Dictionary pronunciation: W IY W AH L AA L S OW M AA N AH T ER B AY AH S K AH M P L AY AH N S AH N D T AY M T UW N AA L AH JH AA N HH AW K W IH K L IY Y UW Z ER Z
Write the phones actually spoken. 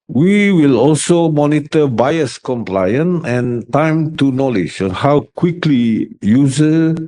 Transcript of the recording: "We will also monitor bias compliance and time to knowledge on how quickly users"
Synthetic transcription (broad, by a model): W IY W AH L AA L S OW M AA N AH T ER B AY AH S K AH M P L AY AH N AH N T AY M T UW N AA L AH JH AA N HH AW K W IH K L IY Y UW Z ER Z